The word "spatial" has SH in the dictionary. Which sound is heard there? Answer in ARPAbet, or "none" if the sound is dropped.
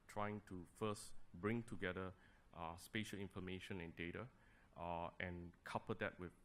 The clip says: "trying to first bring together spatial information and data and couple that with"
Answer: SH